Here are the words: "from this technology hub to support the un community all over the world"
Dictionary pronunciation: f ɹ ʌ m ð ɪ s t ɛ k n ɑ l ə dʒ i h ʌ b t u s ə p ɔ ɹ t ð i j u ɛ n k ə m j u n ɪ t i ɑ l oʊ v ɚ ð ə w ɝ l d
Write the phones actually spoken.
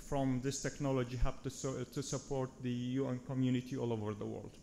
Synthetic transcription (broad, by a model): f ɹ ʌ m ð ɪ s t ɛ k n ɑ l ə dʒ i h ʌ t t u s ə p ɔ ɹ t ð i j u ɛ n k ə m j u n ɪ t i ɑ l oʊ v ɚ ð ə w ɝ l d